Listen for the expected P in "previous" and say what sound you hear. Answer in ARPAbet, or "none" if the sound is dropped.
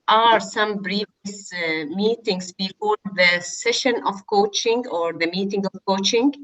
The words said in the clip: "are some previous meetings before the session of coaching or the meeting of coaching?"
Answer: B